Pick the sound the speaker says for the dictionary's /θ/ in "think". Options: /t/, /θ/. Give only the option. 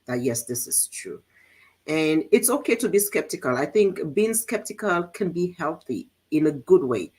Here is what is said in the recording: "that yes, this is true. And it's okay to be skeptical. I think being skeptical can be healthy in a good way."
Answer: /θ/